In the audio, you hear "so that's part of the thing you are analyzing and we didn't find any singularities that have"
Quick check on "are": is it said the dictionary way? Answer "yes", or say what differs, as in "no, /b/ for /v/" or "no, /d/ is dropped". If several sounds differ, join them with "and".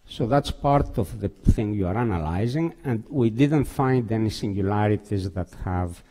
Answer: yes